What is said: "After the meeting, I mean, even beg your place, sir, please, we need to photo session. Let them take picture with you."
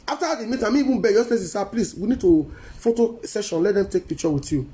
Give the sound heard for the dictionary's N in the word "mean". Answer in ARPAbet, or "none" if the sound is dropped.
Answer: none